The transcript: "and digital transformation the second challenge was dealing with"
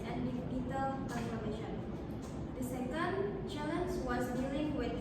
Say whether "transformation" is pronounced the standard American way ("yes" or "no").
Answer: no